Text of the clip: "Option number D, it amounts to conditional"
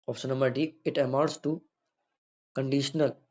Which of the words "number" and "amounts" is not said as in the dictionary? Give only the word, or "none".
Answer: amounts